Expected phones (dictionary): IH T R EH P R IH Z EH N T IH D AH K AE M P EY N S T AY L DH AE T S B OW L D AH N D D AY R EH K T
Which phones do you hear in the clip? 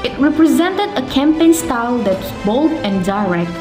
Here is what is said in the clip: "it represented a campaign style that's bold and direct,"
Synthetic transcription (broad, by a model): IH T R EH P R IH Z EH N T IH D AH K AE M P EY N S T AY L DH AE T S B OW L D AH N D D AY R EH K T